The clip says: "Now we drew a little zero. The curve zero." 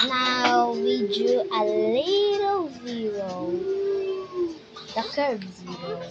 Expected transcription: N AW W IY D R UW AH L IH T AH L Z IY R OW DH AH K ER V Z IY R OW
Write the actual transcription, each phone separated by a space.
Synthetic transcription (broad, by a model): N AW W IY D UW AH L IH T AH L Z IY R OW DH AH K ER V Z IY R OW